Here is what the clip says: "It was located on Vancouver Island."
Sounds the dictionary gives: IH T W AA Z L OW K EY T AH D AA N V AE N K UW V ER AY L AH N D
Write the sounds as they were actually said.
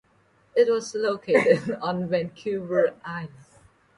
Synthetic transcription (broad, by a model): IH T W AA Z L OW K EY T AH D AA N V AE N K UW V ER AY AH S